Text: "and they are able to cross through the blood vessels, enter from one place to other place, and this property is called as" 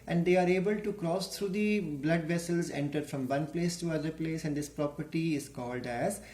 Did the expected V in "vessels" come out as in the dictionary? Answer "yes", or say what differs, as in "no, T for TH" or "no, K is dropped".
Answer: yes